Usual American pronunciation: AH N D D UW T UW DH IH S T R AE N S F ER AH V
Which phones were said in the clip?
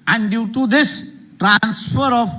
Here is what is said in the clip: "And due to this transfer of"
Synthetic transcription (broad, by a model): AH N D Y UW T UW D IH S T R AE N S F ER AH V